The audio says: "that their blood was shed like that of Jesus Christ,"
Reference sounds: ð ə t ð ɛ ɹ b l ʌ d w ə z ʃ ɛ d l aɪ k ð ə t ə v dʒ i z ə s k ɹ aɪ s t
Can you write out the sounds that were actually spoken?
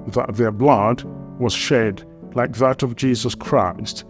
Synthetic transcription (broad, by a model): ð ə t ð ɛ ɹ b l ʌ d w ə z ʃ ɛ d l aɪ k ð ə t ə v dʒ i z ə s k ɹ aɪ s t